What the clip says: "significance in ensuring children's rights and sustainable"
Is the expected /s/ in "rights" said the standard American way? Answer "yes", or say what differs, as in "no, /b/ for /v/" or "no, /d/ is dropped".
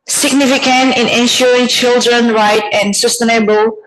no, /s/ is dropped